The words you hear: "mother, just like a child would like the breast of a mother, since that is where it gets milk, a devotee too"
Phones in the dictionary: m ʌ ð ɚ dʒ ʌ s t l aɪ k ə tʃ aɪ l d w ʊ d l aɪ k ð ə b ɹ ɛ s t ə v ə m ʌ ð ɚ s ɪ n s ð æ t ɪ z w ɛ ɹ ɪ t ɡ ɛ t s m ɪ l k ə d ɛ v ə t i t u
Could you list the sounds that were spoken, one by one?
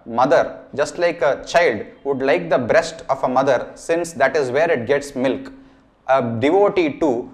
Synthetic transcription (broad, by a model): m ʌ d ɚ dʒ ʌ s t l aɪ k ə tʃ aɪ l d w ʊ d l aɪ k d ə b ɹ ɛ s t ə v ə m ʌ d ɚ s ɪ n s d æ t ɪ z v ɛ ɹ ɪ t ɡ ɛ t s m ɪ l k ə d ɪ v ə t i t u